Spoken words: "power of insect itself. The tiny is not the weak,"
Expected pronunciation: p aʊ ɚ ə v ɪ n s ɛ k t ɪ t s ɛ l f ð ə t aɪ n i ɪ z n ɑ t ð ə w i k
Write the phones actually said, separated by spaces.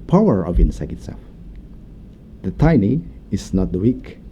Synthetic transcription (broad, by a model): p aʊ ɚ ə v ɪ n s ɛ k ɪ t s ɛ l f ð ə t aɪ n i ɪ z n ɑ t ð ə w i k